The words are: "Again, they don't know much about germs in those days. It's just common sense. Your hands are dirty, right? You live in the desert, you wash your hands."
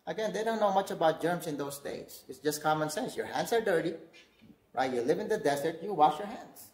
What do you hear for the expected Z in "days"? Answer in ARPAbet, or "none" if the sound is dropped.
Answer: S